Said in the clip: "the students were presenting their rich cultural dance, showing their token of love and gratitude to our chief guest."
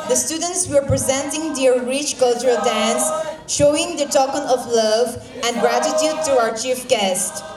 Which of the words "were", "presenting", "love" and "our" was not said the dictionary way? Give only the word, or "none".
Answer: none